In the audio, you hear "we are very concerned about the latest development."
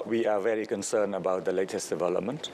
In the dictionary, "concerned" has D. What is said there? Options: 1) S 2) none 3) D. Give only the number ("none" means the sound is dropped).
2